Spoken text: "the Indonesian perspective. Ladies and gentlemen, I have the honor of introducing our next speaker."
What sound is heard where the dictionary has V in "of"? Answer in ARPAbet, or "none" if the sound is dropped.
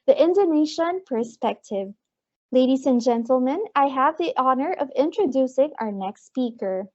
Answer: V